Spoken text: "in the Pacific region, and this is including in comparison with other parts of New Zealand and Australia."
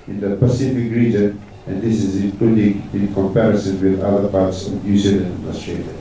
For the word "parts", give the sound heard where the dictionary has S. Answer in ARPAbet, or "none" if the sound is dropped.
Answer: S